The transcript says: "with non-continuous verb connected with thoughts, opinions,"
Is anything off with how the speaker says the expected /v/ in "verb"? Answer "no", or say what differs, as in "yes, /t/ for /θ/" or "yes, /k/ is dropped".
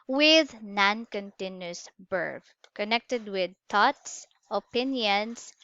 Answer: yes, /b/ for /v/